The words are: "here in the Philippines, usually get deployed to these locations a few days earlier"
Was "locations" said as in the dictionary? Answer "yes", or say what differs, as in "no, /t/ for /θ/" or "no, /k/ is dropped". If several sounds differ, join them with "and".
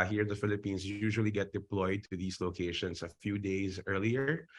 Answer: no, /s/ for /z/